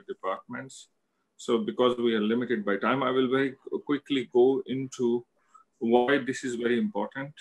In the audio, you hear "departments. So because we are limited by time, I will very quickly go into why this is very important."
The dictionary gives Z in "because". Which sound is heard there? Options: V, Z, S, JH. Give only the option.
Z